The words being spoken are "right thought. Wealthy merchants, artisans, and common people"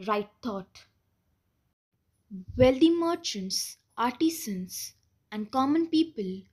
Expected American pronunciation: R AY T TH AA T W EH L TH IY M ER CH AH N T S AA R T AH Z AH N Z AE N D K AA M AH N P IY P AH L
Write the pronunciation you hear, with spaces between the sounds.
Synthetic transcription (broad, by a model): R AY T T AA T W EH L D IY M ER CH AH N T S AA R T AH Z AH N S AE N D K AA M AH N P IY P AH L